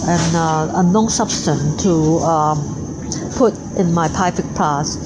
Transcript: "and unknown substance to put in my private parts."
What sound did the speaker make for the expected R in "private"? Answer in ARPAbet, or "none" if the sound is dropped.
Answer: none